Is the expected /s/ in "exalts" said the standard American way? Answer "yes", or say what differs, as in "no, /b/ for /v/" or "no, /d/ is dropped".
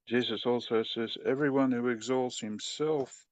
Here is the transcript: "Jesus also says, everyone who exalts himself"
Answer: yes